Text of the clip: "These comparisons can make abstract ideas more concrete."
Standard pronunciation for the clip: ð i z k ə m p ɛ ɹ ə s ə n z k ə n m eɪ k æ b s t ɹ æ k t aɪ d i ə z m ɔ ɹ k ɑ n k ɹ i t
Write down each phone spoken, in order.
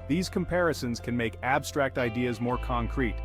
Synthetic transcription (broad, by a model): ð i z k ə m p ɛ ɹ ə s ə n z k ə n m eɪ k æ b s t ɹ æ k t aɪ d i ə z m ɔ ɹ k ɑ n k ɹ i t